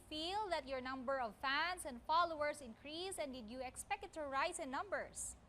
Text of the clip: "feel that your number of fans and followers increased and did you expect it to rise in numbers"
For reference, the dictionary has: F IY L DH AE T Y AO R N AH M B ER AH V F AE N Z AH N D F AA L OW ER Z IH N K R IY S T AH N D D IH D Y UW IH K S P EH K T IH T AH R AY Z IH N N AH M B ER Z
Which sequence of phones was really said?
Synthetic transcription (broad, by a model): F IY L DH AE T Y AO R N AH M B ER AH V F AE N S AH N D F AA L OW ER S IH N K R IY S AH N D D IH D Y UW IH K S P EH K T IH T R AY S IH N N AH M B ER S